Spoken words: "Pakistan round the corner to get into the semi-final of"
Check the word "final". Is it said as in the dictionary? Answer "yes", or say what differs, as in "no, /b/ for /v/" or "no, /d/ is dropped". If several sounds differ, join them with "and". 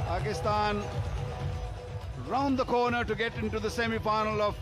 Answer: no, /p/ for /f/